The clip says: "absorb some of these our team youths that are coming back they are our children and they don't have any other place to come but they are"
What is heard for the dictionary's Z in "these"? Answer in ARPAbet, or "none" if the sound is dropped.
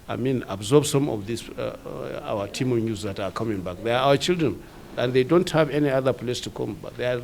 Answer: S